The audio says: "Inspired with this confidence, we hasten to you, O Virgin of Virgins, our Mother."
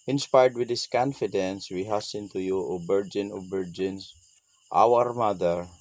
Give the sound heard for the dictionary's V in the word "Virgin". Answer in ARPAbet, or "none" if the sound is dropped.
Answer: B